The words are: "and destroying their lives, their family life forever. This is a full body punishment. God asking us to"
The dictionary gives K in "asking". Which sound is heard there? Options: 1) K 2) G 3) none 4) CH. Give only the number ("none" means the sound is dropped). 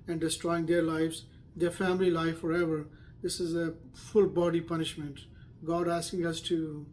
1